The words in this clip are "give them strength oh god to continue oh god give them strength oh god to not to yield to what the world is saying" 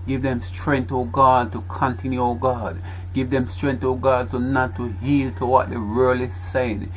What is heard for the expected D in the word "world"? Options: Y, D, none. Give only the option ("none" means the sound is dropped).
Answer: none